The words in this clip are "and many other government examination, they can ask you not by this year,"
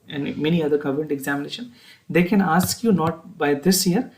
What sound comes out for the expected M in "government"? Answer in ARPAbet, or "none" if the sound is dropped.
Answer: none